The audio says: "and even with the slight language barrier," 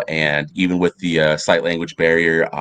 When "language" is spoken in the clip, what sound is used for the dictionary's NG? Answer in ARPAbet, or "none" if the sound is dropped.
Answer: NG